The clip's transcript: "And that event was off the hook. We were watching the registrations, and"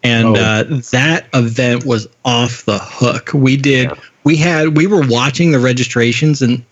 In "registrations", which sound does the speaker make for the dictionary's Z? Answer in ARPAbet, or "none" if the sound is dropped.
Z